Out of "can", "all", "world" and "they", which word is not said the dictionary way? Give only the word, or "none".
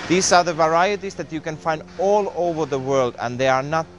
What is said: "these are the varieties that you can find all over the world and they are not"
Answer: none